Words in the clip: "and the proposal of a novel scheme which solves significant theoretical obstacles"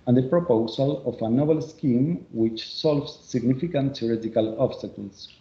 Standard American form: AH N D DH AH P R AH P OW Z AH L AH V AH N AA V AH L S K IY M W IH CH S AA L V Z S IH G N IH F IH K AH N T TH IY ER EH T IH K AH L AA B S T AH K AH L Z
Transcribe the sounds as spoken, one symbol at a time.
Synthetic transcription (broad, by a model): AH N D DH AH P R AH P OW S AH L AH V AH N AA B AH L S K IY M W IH CH S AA L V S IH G N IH F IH K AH N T S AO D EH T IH K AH L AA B S T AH K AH L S